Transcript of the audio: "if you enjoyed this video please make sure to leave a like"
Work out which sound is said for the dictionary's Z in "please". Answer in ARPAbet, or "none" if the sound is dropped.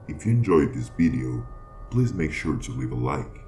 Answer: Z